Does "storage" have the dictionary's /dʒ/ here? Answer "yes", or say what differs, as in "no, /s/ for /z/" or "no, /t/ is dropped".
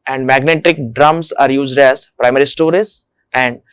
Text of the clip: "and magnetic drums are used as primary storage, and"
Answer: no, /z/ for /dʒ/